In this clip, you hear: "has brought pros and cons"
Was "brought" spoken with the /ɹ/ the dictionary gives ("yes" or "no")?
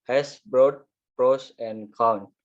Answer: yes